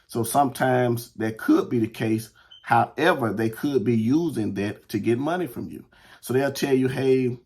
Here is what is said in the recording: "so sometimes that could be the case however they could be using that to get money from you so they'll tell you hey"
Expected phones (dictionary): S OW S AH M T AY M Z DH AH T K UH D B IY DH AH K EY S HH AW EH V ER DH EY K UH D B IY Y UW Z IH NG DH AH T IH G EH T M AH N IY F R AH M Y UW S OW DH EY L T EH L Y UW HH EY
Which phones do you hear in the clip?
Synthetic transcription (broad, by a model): S OW S AH M T AY M Z DH AH T K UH D B IY DH AH K EY S HH AW EH V ER DH EY K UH D B IY Y UW Z IH NG DH AH T IH G EH T M AH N IY F R AH M Y UW S OW DH EY L T EH L Y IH HH EY